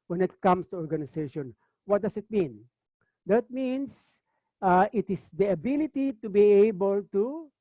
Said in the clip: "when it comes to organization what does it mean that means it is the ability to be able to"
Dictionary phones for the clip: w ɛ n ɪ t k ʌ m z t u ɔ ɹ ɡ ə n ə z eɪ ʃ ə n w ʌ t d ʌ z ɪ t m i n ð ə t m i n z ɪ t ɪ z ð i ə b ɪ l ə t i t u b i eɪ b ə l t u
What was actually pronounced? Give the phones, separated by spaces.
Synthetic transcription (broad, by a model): w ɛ n ɪ t k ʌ m s t u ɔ ɹ ɡ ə n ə s eɪ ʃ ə n w ʌ t d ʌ s ɪ t m i n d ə t m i n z ɪ t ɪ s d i ə b ɪ l ə t i t u b i eɪ b ə l t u